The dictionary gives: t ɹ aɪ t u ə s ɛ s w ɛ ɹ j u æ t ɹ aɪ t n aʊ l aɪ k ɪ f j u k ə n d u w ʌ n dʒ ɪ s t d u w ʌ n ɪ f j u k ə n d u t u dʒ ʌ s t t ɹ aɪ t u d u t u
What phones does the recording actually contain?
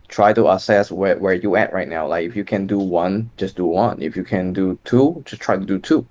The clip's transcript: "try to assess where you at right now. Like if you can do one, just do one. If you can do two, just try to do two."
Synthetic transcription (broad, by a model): t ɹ aɪ t u ə s ɛ s w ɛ w j u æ t ɹ aɪ t n aʊ l aɪ k ɪ f j u k ə n d u w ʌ n dʒ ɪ s d u w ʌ n ɪ f j u k ə n d u t u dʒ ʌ s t t ɹ aɪ t u d u t u